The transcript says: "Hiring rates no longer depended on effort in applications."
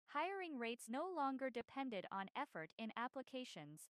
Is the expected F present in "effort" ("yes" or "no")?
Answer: yes